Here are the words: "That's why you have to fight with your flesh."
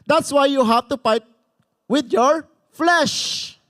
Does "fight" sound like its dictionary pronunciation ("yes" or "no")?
no